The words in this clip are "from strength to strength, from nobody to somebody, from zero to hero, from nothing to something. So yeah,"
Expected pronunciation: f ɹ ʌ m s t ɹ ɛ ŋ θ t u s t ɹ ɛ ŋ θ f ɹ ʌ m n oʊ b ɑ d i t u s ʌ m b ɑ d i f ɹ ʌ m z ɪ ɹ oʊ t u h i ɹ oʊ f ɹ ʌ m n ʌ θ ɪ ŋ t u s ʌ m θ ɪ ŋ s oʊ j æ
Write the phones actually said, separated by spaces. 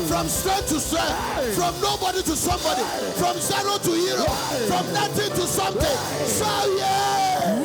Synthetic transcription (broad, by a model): f ɹ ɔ m s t ɹ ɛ t u s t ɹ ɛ f ɹ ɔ m n oʊ b ɑ d i t u s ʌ m b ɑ d i f ɹ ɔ m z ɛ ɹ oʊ t u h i ɹ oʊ f ɹ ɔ m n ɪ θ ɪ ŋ t u s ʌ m t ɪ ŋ s oʊ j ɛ